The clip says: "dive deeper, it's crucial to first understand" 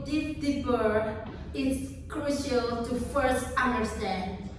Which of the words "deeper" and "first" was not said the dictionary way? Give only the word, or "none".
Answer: deeper